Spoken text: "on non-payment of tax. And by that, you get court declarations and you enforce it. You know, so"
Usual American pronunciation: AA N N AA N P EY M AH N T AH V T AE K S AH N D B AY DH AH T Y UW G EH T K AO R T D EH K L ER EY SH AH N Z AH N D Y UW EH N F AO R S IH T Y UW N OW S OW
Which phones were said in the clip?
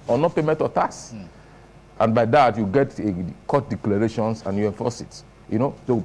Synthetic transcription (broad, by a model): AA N N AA P EY M AH N T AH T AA S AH N B AY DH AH T Y UW G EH T K AO T D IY K L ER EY SH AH N S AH N Y UW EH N F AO S IH T Y UW N OW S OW